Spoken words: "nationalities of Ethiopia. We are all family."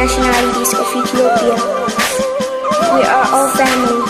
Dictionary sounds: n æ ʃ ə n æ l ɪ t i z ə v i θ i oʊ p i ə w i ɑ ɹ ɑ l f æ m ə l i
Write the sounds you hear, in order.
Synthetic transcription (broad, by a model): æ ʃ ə n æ l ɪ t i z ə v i t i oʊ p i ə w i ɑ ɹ ɑ l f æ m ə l